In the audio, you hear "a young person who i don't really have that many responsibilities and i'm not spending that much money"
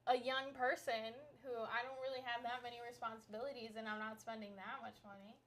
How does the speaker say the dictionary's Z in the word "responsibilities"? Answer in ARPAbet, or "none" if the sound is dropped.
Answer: Z